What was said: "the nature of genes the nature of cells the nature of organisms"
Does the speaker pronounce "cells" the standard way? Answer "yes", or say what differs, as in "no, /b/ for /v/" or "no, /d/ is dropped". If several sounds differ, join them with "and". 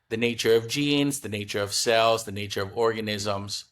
yes